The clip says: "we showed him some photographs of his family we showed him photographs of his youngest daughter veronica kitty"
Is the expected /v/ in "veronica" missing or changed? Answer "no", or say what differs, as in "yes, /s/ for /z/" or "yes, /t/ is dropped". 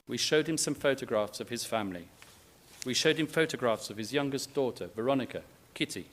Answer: no